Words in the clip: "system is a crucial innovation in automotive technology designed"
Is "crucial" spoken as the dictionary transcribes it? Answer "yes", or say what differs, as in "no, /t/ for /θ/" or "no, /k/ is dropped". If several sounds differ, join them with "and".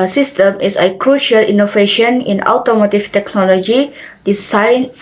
yes